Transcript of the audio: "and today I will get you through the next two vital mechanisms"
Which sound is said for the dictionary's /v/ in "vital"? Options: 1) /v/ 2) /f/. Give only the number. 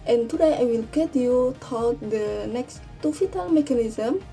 2